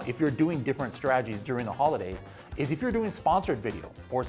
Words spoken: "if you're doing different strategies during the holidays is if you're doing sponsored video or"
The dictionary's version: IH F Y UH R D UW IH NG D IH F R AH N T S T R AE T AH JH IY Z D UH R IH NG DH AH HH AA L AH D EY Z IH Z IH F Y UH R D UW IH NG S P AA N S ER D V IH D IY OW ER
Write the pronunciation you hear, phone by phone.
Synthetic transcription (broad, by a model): IH F Y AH R D UW IH NG D IH F R AH N T S T R AE T AH JH IY Z D UH R IH NG DH AH HH AA L AH D EY Z IH Z IH F Y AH R D UW IH NG S P AA N S ER D V IH D IY OW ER